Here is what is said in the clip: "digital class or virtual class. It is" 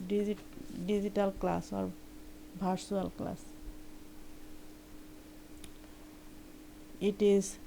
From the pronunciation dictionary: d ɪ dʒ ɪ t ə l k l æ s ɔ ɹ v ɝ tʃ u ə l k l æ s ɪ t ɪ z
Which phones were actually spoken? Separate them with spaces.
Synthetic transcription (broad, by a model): d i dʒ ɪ t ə l k l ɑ s ɔ ɹ b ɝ s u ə l k l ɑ s ɪ t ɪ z